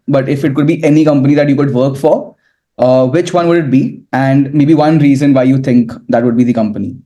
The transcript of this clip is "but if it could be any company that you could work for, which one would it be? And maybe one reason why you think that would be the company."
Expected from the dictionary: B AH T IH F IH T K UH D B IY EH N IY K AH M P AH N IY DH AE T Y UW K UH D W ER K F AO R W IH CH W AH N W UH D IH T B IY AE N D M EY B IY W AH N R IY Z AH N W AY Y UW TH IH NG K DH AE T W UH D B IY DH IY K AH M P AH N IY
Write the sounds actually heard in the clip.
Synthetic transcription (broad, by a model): B AH T IH F IH T K UH D B IY EH N IY K AH M P AH N IY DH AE T Y UW K UH D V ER K F AO R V IH CH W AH N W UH D IH T B IY AE N D M EY B IY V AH N R IY Z AH N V AY Y UW T IH NG K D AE T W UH D B IY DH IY K AH M P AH N IY